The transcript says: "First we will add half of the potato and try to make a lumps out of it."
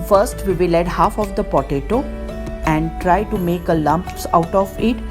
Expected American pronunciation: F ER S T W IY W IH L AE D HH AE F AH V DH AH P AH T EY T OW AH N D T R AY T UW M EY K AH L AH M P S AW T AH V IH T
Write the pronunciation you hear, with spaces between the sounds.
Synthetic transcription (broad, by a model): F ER S T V IY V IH L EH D HH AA F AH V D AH P AH T EY T OW AH N D T R AY T UW M EY K AH L AH M P S AW T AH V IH T